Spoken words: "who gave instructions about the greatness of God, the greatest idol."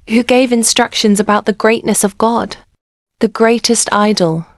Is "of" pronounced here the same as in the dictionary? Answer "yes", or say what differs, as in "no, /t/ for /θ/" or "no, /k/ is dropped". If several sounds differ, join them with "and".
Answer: yes